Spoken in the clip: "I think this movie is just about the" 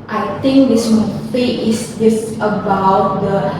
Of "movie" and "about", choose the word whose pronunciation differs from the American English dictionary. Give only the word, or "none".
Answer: movie